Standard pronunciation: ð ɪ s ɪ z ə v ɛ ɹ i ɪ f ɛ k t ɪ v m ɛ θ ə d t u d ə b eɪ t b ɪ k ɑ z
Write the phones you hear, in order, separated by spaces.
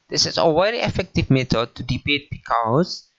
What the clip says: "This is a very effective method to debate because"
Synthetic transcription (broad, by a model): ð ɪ s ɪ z ə w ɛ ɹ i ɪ f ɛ k t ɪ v m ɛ t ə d t u d ə b eɪ t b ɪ k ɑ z